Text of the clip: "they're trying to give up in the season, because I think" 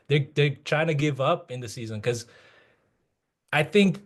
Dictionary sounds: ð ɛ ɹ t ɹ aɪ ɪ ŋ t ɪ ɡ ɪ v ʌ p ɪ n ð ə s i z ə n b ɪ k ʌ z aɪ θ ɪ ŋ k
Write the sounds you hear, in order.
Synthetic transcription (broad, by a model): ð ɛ ɹ t ɹ aɪ ɪ ŋ t ɪ ɡ ɪ v ʌ p ɪ n ð ə s i z ə n k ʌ z aɪ θ ɪ ŋ k